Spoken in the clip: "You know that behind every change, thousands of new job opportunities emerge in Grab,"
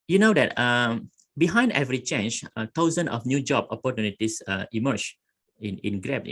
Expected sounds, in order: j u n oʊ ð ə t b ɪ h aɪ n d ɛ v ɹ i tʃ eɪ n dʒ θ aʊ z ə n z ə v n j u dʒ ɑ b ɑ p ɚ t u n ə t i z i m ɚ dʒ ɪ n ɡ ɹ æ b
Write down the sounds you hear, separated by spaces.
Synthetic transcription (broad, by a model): j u n oʊ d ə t b ɪ h aɪ n d ɛ v ɹ i tʃ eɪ n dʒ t aʊ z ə n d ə f n j u dʒ ɑ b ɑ p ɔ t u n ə t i s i m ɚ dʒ ɪ n ɡ ɹ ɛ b